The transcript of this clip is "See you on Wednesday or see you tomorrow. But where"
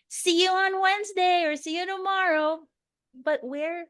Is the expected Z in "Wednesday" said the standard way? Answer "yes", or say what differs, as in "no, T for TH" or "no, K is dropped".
yes